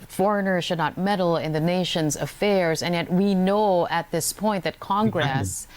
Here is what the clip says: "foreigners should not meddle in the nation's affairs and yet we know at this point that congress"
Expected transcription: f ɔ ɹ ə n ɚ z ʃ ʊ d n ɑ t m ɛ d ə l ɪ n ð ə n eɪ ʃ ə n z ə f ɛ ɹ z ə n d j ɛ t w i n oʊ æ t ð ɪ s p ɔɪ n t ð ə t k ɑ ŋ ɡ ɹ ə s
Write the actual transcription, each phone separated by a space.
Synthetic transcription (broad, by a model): f ɔ ɹ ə n ɚ ʃ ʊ d n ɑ t m ɛ d l ɪ n ð ə n eɪ ʃ ə n z ə f ɛ ɹ z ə n j ɛ t w i n oʊ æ t ð ɪ s p ɔɪ n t ð ə t k ɑ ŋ ɡ ɹ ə s